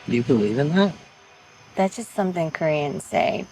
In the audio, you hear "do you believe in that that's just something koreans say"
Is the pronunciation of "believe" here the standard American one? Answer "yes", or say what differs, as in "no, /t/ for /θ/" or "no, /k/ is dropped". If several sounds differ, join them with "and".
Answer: no, /l/ is dropped